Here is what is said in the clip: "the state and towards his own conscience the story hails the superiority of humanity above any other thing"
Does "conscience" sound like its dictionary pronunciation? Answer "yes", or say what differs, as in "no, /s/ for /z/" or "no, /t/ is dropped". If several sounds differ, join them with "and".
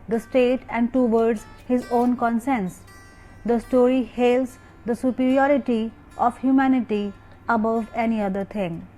no, /s/ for /ʃ/